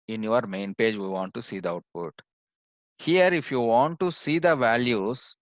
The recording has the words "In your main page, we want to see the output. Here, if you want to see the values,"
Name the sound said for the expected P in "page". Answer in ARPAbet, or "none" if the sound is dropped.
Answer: P